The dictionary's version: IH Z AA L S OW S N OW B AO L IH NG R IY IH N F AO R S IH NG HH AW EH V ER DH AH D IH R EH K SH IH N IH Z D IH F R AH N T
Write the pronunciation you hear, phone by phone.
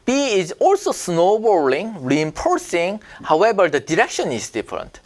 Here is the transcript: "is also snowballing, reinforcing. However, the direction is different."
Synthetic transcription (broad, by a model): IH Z AA L S OW S N OW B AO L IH NG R IY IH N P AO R S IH NG HH AW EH B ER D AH D IH R EH K SH IH N IH Z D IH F R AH N T